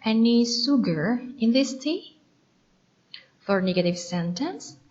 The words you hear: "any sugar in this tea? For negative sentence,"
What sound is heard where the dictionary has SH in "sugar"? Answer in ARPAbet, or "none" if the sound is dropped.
S